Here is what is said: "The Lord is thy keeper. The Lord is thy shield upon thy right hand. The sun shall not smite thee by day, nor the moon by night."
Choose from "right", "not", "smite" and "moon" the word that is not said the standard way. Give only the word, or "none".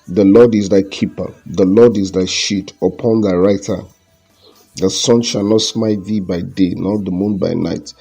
none